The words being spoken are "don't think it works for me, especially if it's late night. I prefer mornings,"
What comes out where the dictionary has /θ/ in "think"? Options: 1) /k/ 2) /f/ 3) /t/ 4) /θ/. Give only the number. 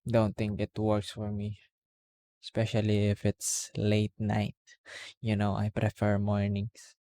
3